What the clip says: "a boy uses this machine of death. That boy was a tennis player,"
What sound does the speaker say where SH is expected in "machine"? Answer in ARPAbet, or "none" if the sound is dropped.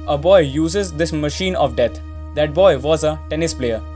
SH